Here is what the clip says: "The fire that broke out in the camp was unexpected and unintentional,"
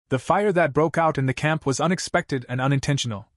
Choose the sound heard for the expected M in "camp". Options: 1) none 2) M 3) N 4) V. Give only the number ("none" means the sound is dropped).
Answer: 2